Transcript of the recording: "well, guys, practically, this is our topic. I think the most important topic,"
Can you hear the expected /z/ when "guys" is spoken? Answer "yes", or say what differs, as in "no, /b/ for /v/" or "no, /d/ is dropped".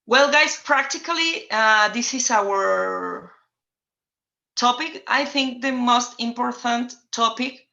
no, /s/ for /z/